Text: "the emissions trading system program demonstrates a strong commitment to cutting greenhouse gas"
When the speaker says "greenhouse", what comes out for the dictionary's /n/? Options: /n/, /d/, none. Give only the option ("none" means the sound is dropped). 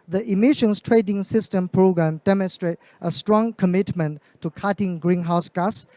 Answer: /n/